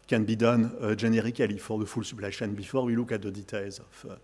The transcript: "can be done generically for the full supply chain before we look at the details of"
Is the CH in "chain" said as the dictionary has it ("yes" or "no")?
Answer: no